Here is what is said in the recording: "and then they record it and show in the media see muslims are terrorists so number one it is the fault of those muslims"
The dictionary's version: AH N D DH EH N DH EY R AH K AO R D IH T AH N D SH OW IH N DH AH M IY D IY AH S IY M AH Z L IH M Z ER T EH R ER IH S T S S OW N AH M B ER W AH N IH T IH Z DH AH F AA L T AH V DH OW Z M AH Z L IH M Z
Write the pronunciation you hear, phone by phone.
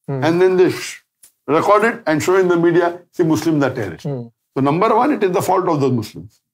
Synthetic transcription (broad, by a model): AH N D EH N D EY R AH K AO R D IH T AH N D SH OW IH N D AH M IY D IY AH S IY M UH S L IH M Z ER T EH R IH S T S S OW N AH M B ER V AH N IH T IH Z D AH F AA L T AH V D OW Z M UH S L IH M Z